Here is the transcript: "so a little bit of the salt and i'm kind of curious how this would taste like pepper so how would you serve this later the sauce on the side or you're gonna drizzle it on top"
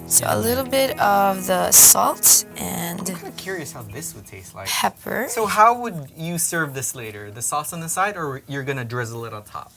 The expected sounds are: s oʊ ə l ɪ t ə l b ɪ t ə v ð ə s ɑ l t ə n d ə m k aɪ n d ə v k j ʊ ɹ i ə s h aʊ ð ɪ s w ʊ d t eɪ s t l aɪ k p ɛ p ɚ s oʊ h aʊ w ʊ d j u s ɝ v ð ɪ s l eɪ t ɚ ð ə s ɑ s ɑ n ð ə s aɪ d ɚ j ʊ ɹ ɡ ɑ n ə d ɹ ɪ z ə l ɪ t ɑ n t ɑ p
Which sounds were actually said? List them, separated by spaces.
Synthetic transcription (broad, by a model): s oʊ ə l ɪ t l b ɪ t ə v ð ə s ɑ l t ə n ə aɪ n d ə v k j ʊ ɹ i ə s h aʊ ð ɪ s w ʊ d t eɪ s t l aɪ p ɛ p ɚ s oʊ h aʊ w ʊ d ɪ s ɝ v ð ɪ s l eɪ t ɚ ð ə s ɑ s n ð ə s aɪ d ɚ j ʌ ɹ ɡ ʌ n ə d ɹ ɪ z ə l ɪ t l t ɑ p